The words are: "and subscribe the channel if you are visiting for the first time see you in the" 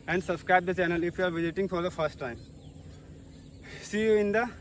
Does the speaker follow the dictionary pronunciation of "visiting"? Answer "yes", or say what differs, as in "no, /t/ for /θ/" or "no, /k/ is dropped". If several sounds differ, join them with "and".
yes